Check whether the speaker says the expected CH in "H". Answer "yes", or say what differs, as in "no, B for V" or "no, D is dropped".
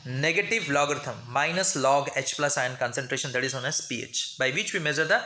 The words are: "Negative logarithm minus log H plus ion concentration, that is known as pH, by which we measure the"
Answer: yes